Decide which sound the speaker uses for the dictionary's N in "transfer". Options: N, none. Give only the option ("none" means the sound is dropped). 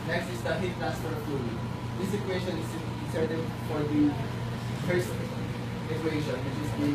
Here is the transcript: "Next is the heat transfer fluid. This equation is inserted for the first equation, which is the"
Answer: none